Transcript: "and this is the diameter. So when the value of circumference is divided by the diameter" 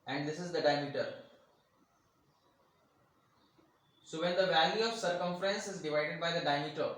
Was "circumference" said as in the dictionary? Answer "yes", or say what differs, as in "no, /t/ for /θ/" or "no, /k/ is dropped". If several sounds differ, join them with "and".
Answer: yes